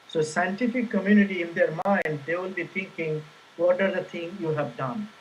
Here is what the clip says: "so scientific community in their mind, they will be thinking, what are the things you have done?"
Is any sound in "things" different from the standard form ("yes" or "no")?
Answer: yes